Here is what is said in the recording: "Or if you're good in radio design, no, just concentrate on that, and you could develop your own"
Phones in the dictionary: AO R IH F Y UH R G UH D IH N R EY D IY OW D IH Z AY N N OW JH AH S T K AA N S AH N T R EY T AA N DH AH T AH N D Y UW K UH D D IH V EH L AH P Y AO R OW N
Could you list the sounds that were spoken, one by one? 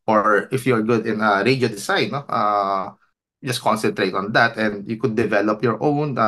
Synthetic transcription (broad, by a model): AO R IH F Y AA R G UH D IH N R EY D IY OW D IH S AY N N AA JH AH S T K AA N S AH N T R EY T AA N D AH T AH N D Y UW K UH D D IH V EH L AH P Y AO R OW N